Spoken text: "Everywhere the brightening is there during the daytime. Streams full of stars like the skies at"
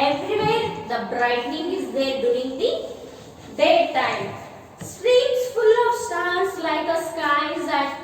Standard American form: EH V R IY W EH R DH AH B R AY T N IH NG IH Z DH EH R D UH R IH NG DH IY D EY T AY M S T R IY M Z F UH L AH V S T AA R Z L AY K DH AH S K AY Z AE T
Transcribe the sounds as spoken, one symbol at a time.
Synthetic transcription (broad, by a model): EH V R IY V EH R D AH B R AY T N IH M IH Z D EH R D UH IH NG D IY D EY T AY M S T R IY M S F UH L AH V S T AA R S L AY K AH S K AY Z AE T